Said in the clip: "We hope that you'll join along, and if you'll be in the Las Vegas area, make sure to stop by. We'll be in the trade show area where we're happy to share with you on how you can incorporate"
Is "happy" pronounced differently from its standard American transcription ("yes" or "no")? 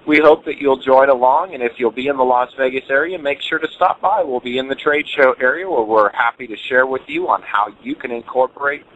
no